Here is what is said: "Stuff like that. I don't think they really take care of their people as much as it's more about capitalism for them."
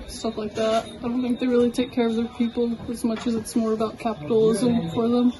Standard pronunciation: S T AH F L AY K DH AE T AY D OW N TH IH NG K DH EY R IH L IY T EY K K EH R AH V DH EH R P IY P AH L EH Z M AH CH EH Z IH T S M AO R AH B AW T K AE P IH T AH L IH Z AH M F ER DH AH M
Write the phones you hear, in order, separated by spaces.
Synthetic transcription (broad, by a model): S T AH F L AY K DH AE T AY D OW N TH IH NG K DH EY R IH L IY T EY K K EH R AH V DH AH P IY P L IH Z M AH CH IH Z IH T S M AO R AH B AW T K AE P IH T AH L IH Z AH M F ER DH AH M